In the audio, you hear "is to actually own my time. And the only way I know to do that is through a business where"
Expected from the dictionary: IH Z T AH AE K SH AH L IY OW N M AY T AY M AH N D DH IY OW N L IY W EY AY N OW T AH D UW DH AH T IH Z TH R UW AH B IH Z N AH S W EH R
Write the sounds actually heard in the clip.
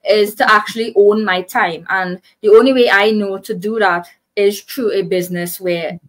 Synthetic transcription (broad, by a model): IH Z T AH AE K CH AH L IY OW N M AY T AY M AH N DH IY OW N L IY W EY AY N OW T AH D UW DH AH T IH Z T R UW AH B IH Z N AH S W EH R